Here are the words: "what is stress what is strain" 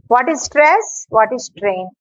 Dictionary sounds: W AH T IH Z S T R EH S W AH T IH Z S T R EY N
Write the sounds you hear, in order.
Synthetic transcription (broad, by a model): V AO T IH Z S T R EH S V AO T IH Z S T R EY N